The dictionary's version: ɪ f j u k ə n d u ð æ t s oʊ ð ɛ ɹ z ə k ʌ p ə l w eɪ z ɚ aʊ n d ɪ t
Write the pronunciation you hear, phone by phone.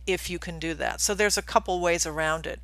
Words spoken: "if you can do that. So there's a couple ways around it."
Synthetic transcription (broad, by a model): ɪ f j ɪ k ə n d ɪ ð æ t s oʊ ð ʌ ɹ z ə k ʌ p l w eɪ z ɚ aʊ n d ɪ t